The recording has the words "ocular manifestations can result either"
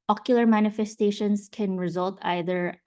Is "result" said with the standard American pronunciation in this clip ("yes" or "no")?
yes